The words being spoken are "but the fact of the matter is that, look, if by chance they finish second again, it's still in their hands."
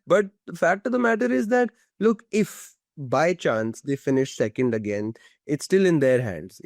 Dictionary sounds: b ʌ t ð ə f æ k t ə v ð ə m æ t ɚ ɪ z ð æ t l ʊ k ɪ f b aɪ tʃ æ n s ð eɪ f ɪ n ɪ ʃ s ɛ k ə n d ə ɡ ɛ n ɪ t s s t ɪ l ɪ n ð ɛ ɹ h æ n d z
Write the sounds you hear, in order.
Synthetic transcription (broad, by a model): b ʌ t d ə f æ k t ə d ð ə m æ t ɚ ɪ z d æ t l ʊ k ɪ f b aɪ tʃ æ n s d eɪ f ɪ n ɪ ʃ s ɛ k ə n d ə ɡ ɛ n ɪ t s s t ɪ l ɪ n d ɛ ɹ h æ n d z